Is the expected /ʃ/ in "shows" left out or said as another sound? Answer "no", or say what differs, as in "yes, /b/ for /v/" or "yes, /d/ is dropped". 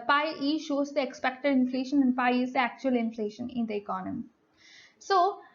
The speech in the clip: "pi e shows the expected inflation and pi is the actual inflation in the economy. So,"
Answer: no